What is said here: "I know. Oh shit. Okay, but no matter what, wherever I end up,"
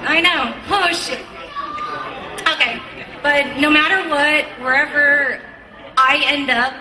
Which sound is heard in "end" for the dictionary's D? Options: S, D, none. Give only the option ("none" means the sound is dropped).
D